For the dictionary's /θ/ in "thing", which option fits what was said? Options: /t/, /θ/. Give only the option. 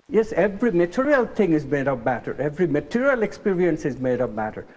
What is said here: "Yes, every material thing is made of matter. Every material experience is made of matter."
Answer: /t/